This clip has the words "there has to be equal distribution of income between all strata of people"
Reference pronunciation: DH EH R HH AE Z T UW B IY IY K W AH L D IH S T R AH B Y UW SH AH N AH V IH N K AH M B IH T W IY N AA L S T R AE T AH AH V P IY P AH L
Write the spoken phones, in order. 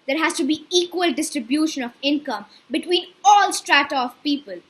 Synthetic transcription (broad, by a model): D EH R HH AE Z T UW B IY IY K W AH L D IH S T R AH B Y UW SH AH N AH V IH N K AH M B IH T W IY N AA L S T R AE T AH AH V P IY P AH L